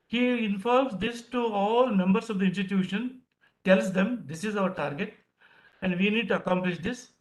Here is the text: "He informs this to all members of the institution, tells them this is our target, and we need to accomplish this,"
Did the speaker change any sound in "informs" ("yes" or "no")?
yes